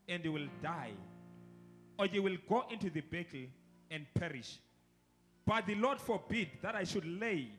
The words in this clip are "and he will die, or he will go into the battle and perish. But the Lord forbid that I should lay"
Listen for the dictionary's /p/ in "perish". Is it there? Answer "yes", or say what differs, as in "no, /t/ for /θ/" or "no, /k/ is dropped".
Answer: yes